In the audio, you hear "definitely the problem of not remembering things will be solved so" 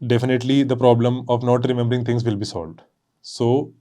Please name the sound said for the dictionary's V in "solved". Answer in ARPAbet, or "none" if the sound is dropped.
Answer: V